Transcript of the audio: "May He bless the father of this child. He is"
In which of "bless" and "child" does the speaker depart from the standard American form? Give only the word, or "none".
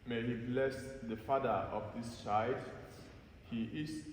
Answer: child